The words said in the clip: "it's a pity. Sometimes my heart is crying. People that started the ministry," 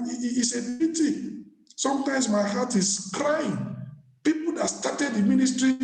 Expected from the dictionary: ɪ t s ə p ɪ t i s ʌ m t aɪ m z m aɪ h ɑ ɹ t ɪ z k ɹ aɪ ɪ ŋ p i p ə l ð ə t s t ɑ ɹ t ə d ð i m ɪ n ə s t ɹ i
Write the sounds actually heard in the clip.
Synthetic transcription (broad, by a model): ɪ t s ə b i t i s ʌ m t aɪ m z m aɪ h ɑ t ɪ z k ɹ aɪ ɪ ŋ p i p ə l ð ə t s t ɑ t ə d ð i m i n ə s t ɹ i